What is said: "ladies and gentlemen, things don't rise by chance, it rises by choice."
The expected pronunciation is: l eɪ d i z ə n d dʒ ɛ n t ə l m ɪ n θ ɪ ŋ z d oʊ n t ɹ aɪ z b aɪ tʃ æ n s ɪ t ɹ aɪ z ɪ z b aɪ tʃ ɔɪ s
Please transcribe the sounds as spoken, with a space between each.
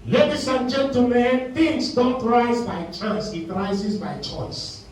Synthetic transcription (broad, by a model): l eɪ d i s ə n dʒ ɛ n t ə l m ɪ n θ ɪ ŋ s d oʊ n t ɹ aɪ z b aɪ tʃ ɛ s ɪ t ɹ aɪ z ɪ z b aɪ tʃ ɔɪ s